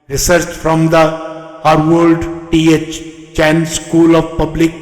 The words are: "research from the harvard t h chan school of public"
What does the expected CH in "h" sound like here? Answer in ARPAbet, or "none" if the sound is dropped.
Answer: CH